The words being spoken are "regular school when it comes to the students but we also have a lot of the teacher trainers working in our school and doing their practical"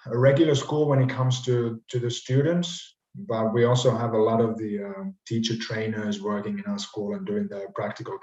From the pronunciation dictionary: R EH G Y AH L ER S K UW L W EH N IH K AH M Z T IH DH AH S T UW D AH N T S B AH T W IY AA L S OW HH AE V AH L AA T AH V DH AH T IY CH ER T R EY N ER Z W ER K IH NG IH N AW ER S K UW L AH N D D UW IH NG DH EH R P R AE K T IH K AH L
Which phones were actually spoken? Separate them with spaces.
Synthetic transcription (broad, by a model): R EH G Y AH L ER S K UW L W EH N IH K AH M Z T IH DH AH S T UW D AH N T S B AH T W IY AA L S OW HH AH V AH L AA T AH V DH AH T IY CH ER T R EY N ER Z W ER K IH NG IH N AW ER S K UW L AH N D D UW IH NG DH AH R P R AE K T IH K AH L